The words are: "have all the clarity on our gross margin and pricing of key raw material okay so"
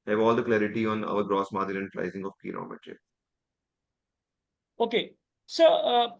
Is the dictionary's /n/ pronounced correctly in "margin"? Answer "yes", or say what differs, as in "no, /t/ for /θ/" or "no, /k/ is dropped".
no, /l/ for /n/